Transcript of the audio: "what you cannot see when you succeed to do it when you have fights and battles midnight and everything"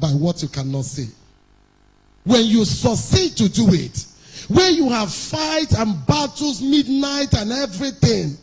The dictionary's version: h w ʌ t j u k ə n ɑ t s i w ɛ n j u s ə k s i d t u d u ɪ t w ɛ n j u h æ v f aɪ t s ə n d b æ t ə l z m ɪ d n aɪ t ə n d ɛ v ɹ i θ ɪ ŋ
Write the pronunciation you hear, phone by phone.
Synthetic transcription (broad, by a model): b w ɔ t j u k ə n ɑ t s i w ɛ n j u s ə s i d t u d u ɪ t w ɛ j u h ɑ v f aɪ t ə n b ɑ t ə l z m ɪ d n aɪ t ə n ɛ v ɹ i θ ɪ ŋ